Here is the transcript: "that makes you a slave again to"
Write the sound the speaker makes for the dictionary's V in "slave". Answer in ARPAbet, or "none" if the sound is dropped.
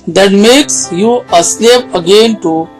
P